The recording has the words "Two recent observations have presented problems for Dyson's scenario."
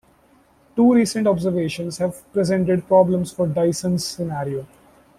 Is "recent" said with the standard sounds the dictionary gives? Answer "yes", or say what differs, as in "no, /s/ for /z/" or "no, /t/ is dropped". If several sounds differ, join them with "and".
yes